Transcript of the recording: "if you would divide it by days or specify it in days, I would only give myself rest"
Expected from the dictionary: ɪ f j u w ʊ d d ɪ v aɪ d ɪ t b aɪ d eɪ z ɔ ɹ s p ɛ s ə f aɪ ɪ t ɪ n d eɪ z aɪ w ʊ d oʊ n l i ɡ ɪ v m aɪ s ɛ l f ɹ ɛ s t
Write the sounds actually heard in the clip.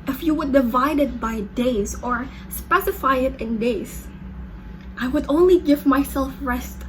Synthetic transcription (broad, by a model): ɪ f j u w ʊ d d ɪ v aɪ d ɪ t b aɪ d eɪ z ɔ ɹ s p ɛ s ə f aɪ ɪ t ɪ n d eɪ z aɪ w ʊ d oʊ n l i ɡ ɪ v m aɪ s ɛ l f ɹ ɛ s t